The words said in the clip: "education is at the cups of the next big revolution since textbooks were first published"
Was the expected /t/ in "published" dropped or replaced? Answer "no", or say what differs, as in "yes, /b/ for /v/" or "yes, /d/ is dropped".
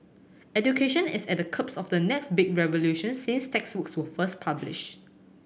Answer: yes, /t/ is dropped